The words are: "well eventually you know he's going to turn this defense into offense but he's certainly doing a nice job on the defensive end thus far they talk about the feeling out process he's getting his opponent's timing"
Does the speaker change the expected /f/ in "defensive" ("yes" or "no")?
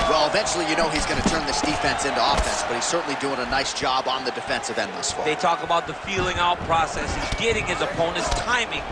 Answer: no